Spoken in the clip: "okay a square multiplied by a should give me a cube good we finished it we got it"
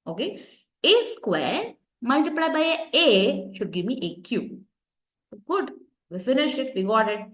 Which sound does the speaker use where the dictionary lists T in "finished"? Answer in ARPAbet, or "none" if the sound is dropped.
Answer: none